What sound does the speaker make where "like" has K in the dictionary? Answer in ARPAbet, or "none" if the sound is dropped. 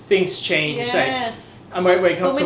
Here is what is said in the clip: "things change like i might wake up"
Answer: none